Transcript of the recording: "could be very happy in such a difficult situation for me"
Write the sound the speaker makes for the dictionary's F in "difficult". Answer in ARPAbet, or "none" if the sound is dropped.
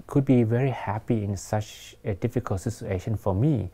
F